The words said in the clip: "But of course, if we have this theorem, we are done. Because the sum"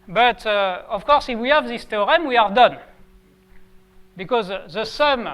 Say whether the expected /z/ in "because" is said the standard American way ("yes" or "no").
yes